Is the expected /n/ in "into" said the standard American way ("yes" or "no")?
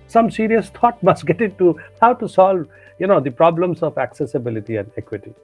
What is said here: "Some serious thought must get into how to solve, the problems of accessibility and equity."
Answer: no